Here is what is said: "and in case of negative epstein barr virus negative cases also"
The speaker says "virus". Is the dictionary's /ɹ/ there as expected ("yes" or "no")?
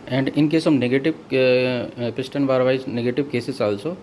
no